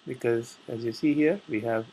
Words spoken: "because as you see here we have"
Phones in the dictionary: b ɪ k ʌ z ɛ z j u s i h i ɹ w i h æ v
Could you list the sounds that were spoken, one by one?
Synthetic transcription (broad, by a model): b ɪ k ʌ z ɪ z j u s i h i ɹ w i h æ v